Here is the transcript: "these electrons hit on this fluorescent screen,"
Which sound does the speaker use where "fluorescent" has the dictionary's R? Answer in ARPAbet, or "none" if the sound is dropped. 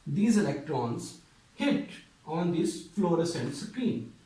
R